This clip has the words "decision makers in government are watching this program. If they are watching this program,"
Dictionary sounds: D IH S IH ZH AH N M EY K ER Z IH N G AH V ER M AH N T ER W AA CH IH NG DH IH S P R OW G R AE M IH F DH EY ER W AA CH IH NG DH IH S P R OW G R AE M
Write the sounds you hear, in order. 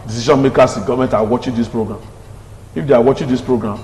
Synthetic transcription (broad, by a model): D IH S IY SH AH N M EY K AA S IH G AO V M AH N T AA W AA CH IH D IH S P R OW G R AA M IH F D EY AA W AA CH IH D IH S P R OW G R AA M